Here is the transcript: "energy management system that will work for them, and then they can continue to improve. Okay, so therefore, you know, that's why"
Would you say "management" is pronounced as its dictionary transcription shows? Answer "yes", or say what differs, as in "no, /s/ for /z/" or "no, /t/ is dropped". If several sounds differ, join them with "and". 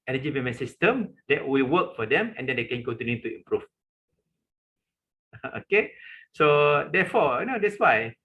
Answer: no, /dʒ/ is dropped